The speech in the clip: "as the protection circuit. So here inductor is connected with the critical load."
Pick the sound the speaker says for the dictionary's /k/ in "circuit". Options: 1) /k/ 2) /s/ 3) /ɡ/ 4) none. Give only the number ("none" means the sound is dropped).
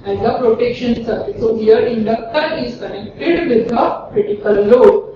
4